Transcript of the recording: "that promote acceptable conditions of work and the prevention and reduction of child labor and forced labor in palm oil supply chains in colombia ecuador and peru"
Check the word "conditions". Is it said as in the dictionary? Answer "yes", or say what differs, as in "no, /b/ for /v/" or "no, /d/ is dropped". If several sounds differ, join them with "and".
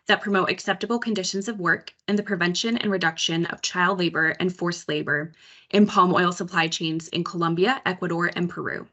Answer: yes